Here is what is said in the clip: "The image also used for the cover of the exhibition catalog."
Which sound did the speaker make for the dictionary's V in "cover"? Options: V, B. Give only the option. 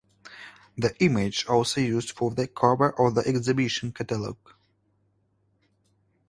B